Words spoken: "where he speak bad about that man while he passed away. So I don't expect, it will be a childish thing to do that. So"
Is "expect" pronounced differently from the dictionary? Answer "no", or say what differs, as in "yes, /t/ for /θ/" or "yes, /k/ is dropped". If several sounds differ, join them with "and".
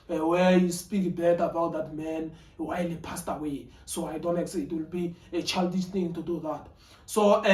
yes, /p/ is dropped